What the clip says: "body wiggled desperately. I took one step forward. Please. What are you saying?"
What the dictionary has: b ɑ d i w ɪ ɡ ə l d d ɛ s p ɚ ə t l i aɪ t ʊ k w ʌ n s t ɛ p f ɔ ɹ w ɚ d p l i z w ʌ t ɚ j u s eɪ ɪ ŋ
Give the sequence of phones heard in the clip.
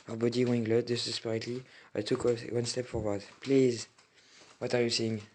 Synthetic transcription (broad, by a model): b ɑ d i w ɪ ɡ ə d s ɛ s p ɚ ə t l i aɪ t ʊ k w ʌ n s t ɛ p f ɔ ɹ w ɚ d p l i z w ʌ t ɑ j u s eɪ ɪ ŋ